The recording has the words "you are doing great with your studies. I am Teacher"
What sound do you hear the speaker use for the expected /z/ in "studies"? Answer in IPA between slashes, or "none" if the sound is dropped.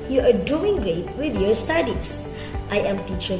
/s/